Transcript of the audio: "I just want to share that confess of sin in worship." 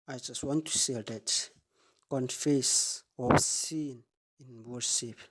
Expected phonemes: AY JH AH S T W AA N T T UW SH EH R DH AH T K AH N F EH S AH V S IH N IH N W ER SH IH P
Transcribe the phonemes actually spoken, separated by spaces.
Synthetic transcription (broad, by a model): AY JH AH S T W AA N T T UW S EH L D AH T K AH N F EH S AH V S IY N IH N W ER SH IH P